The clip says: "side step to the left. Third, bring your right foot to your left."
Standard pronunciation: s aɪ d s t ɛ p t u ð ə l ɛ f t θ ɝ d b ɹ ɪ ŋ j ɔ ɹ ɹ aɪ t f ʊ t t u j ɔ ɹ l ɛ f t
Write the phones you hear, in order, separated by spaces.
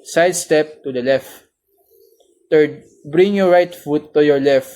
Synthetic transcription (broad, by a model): s aɪ d s t ɛ p t u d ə l ɛ f t t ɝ d b ɹ ɪ ŋ j ɔ ɹ ɹ aɪ t f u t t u j ɔ ɹ l ɛ f t